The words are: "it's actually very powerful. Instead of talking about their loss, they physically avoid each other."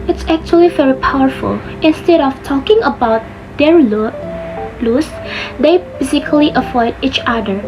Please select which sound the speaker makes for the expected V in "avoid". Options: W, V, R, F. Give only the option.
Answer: F